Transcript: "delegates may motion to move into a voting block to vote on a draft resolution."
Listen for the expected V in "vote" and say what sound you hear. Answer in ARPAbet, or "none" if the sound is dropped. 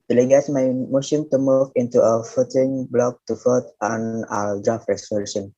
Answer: F